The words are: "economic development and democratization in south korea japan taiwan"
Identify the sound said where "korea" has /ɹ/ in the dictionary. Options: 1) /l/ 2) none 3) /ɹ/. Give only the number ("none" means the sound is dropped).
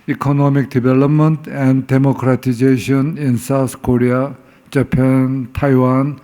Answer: 3